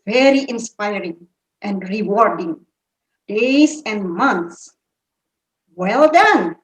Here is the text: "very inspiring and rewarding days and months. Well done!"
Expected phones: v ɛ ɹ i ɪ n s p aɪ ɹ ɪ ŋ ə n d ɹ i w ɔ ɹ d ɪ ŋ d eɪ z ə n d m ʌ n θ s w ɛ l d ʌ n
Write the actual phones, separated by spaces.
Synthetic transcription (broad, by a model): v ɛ ɹ i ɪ n s p aɪ ɹ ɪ ŋ ə n d ɹ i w ɔ ɹ d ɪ ŋ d eɪ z ə n d m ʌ n t s w ɛ l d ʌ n